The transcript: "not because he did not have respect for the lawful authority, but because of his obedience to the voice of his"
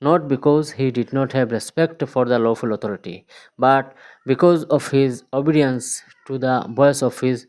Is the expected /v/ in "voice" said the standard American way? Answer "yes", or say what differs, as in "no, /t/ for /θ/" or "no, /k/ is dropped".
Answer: no, /b/ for /v/